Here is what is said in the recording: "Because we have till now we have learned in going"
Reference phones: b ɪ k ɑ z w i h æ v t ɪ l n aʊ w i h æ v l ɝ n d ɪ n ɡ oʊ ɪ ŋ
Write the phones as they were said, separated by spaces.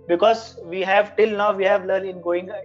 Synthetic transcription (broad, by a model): b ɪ k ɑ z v i h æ v t ɪ l n aʊ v i h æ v l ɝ d ɪ n ɡ oʊ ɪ ŋ